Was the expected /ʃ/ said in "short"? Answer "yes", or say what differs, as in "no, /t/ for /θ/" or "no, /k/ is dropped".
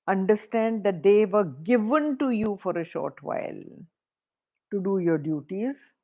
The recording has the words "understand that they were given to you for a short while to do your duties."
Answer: yes